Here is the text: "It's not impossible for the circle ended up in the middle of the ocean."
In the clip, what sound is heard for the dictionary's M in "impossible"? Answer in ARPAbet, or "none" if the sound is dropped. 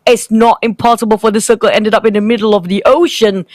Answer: M